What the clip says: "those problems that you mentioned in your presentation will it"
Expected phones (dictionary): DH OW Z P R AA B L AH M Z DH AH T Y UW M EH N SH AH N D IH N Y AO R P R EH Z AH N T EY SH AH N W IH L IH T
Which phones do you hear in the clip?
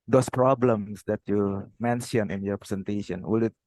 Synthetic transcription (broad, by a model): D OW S P R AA B L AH M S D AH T Y UW M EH N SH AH N IH N Y AO R P R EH S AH N T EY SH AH N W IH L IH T